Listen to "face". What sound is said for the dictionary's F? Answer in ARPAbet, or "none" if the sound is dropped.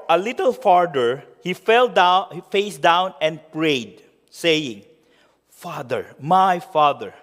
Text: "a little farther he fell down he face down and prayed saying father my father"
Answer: F